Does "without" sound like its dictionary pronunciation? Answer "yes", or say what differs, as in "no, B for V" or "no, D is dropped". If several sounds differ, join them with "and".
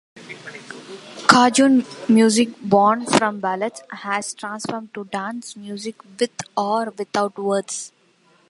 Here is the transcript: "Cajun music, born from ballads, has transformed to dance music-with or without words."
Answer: no, T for TH